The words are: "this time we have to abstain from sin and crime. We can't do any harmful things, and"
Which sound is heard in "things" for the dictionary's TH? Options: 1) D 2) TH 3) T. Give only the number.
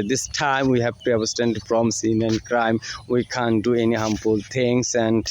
3